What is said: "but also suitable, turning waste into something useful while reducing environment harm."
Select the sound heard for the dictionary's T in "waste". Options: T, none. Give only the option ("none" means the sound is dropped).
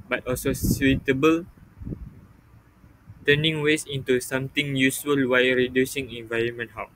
none